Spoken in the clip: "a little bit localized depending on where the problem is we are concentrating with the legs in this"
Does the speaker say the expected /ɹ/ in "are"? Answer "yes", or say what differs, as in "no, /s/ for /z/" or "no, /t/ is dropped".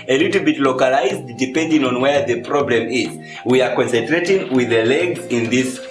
yes